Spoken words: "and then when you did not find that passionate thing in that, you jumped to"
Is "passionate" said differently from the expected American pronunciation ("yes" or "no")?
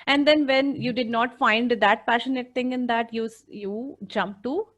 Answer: no